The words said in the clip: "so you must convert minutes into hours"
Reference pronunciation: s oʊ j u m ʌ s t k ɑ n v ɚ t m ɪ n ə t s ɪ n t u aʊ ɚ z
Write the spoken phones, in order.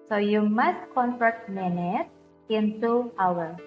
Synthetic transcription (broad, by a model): s oʊ j u m ʌ s t k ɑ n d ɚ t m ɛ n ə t ɪ n t u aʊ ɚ